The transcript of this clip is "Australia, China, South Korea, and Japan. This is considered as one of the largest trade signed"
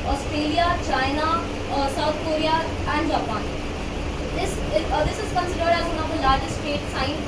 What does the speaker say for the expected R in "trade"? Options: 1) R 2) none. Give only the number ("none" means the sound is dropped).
2